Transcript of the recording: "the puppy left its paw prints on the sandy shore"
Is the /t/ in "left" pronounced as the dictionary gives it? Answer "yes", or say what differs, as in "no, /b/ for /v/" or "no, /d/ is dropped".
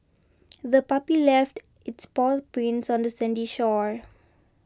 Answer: yes